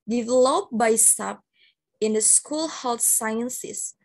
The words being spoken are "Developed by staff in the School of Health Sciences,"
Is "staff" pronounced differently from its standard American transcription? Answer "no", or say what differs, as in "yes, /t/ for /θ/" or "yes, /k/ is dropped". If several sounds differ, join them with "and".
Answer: yes, /p/ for /f/